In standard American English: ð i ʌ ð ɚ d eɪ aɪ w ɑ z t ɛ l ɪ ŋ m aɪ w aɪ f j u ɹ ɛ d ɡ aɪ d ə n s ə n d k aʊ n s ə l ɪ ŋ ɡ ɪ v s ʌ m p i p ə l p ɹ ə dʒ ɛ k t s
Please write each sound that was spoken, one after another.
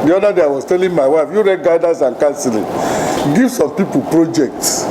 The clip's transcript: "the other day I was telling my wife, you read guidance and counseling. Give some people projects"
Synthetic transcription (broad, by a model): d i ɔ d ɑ d eɪ aɪ w ɑ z t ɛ l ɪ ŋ m aɪ w aɪ f j u ɹ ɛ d ɡ aɪ d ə s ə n k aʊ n s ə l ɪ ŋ ɡ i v s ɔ m p i p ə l p ɹ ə dʒ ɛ k t s